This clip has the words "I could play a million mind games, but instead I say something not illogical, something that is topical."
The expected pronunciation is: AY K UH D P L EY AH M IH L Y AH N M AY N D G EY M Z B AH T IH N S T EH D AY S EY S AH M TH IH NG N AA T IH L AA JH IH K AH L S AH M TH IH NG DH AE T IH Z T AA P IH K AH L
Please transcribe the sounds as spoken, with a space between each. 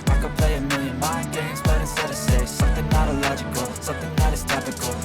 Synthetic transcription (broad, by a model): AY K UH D P L EY AH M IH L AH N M AY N G EY M Z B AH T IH S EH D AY S EY S AH M TH IH NG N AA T IH L AA JH IH K AH L S AH M TH IH NG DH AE T IH Z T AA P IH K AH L